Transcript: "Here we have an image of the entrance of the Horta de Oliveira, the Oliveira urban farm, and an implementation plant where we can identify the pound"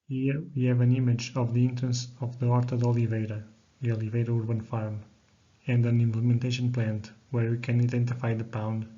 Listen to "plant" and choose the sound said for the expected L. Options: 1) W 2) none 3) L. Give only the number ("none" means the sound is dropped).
3